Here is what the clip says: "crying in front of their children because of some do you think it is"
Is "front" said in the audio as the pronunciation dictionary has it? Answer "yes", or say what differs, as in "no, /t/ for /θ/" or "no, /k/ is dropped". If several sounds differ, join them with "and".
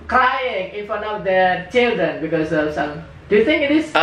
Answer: no, /t/ is dropped